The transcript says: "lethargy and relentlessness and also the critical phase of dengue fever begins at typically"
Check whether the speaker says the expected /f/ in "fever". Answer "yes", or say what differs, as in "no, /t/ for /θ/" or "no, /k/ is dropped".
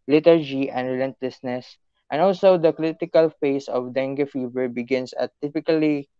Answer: yes